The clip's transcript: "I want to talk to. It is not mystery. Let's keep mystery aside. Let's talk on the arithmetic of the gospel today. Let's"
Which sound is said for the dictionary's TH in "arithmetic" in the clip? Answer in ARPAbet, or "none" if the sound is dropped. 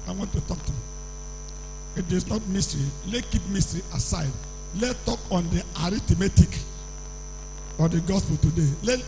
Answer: T